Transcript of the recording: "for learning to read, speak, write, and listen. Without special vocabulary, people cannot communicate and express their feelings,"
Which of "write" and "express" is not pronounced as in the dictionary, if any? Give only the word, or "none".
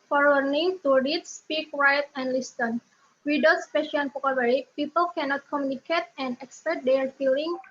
express